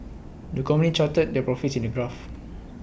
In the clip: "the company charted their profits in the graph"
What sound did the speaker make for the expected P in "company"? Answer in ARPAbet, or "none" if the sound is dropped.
none